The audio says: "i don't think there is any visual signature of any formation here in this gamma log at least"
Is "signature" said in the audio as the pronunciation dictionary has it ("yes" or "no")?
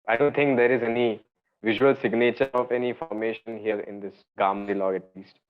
yes